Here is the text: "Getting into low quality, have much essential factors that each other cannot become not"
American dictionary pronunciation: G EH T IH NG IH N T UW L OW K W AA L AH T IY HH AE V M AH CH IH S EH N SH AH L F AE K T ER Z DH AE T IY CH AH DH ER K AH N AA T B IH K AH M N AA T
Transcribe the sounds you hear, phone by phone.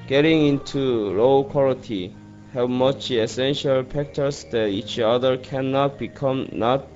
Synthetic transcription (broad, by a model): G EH T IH NG IH N T UW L OW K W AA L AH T IY HH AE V M AH CH IH S EH N SH AH L P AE K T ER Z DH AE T IY CH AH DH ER K AH N AA T B IH K AH M N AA T